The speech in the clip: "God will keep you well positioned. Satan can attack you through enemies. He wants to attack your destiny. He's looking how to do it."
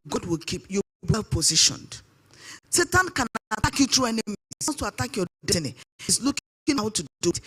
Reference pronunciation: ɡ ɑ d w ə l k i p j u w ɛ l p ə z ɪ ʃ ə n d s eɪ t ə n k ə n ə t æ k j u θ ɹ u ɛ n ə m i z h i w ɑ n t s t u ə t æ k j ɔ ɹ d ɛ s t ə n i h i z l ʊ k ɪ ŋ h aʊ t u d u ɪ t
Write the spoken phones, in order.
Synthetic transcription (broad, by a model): ɡ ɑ d w ə l k i p j u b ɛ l p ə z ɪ ʃ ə n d s eɪ t ə n k ə n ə t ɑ k j u t ɹ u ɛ n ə m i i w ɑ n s t u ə t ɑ k j ɔ d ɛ t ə n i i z l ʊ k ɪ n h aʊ t u d u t